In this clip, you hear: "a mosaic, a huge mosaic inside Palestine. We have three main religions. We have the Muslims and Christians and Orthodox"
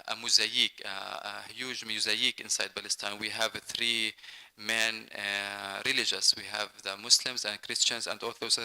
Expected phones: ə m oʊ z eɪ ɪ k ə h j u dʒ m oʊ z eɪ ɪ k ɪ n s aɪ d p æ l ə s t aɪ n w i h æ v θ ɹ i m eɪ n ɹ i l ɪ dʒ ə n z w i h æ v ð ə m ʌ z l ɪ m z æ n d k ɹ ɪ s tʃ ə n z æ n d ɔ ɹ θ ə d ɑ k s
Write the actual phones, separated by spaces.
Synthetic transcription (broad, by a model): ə m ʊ z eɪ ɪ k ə h j u dʒ m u z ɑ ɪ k ɪ n s aɪ d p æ l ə s t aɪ n w i h æ v θ ɹ i m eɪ n ɹ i l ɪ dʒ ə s w i h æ v ð ə m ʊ s l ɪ m z æ n d k ɹ ɪ s tʃ ə n z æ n d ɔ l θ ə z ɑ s